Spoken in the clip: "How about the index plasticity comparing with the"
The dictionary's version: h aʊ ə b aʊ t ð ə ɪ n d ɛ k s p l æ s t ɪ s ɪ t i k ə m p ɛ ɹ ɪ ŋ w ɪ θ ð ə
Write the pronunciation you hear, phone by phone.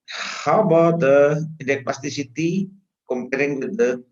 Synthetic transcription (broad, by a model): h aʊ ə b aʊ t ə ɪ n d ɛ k p ɑ s t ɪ s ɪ t i k ə m p ɛ ɹ ɪ ŋ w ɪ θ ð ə